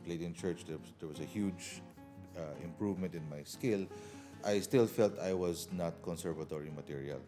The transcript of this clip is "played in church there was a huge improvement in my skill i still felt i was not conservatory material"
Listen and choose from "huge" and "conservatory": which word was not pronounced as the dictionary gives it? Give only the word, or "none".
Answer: none